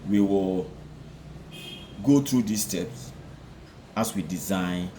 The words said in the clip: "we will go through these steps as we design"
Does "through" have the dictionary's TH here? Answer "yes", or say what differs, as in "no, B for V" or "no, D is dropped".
no, T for TH